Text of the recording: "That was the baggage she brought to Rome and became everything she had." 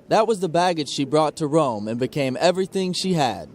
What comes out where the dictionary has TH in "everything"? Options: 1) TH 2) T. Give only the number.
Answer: 1